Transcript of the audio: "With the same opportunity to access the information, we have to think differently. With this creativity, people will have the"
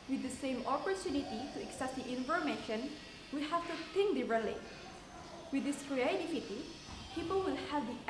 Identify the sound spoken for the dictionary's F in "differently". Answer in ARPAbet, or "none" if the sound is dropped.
none